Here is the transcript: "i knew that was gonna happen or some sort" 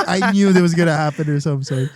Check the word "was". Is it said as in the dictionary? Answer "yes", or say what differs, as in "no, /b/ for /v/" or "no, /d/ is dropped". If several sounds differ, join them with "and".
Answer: yes